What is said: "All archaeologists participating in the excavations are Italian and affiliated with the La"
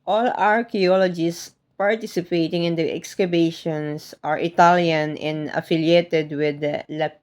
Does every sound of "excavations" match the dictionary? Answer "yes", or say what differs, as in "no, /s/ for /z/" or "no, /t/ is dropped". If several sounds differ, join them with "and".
no, /b/ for /v/